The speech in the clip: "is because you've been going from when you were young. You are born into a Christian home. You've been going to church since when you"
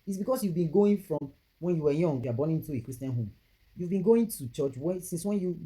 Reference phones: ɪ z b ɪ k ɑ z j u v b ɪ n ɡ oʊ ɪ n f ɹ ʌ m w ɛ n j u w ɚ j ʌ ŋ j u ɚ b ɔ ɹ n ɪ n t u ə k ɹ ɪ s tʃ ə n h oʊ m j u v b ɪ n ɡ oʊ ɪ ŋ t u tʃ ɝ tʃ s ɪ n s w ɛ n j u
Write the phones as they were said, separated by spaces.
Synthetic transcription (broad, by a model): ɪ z b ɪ k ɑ s j u v b ɪ n ɡ oʊ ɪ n f ɹ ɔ m w ɛ n j u w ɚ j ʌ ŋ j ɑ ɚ b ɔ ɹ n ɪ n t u ə k ɹ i s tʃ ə n h oʊ m j u v b ɪ n ɡ oʊ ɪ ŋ t u tʃ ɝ tʃ s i n s w ɛ n j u